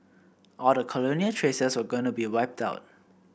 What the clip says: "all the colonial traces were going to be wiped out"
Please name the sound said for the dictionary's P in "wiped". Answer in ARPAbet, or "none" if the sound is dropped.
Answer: P